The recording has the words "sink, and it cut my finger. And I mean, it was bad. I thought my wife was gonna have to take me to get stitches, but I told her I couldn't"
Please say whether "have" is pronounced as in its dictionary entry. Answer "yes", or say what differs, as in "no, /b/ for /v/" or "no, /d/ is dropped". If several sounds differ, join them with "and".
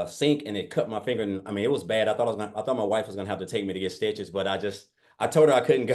no, /f/ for /v/